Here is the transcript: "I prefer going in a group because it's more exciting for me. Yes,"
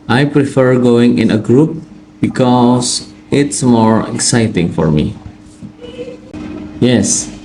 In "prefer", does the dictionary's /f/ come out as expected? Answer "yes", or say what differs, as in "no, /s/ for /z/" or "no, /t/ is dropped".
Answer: yes